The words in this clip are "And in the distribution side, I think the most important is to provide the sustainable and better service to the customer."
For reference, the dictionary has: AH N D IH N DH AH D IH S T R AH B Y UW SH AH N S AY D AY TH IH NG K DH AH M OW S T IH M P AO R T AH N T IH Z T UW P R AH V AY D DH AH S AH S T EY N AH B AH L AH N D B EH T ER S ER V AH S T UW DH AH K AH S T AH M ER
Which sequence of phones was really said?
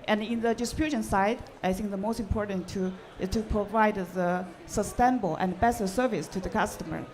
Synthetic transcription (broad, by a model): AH N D IH N DH AH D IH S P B Y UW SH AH N S AY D AY TH IH NG K DH AH M OW S T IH M P AO R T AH N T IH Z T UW P R AH V AY D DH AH S AH S T EY N AH B AH L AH N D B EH S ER S ER V AH S T UW DH AH K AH S T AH M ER